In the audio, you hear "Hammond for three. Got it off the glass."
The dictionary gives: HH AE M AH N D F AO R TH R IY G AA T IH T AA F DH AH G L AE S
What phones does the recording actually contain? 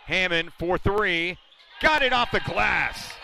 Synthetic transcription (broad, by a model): HH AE M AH N F AO R TH R IY G AA T IH T AA F DH AH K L AE S